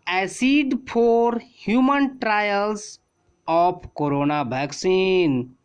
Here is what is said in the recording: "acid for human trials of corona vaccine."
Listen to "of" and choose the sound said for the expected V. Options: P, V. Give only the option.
P